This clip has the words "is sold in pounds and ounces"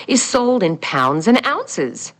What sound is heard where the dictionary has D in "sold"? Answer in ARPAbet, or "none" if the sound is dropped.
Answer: D